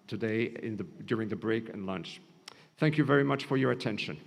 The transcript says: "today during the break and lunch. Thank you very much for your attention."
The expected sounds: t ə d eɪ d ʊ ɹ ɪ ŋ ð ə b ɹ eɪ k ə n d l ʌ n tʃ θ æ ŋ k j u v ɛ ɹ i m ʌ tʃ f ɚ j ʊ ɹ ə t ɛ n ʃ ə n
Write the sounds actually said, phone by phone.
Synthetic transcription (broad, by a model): t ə d eɪ d ʊ ɹ ɪ ŋ ð ə b ɹ eɪ k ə n l ʌ n tʃ θ æ ŋ k j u v ɛ ɹ i m ʌ tʃ f ɚ j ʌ ɹ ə t ɛ n ʃ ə n